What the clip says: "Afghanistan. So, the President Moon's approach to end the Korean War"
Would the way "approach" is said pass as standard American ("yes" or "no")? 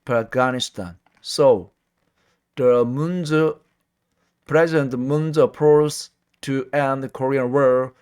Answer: no